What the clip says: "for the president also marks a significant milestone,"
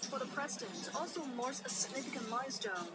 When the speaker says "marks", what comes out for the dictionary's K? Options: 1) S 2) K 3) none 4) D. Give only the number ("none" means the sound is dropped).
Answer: 3